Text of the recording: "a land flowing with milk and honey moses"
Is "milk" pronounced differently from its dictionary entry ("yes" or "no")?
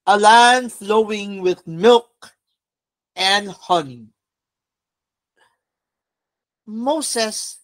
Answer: no